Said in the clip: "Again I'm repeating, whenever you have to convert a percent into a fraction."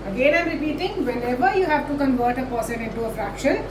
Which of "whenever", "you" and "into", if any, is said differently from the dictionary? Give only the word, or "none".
whenever